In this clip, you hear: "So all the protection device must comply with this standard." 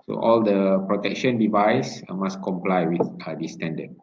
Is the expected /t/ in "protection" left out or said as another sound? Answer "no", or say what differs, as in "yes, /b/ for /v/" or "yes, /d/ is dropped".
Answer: no